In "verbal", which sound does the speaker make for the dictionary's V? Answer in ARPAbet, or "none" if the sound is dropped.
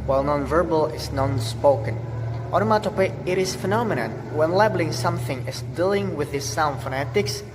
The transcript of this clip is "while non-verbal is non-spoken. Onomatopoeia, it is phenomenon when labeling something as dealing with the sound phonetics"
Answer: V